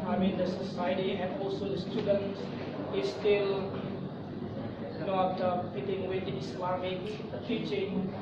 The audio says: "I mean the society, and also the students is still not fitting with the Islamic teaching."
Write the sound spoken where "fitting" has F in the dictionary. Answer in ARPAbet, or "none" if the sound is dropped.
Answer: P